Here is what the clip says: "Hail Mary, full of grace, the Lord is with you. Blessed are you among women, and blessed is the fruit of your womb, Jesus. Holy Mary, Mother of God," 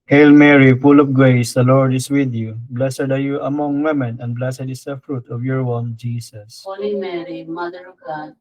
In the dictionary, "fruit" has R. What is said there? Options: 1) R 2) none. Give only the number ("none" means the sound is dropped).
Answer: 1